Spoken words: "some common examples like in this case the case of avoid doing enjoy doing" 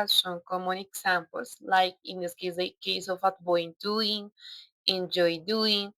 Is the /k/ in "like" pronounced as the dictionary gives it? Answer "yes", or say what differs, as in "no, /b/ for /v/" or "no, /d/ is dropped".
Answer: yes